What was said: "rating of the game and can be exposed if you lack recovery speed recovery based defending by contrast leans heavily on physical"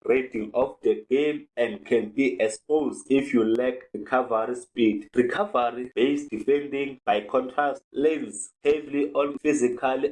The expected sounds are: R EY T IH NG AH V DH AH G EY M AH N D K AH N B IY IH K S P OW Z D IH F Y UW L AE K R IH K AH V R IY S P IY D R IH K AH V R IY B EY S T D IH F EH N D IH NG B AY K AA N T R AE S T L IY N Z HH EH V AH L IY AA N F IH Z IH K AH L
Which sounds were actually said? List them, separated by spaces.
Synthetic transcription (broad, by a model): R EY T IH NG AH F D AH G EY M AH N D K AH N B IY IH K S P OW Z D IH F Y UW L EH K R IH K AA V R IY S P IY D R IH K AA V R IY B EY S D IH F EH N D IH NG B AY K AA N T R AE S T L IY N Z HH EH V L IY AA N F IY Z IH K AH L